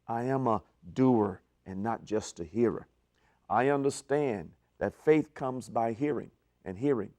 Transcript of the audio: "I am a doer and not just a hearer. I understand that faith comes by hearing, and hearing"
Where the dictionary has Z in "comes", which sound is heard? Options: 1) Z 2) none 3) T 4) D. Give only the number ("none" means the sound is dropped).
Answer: 1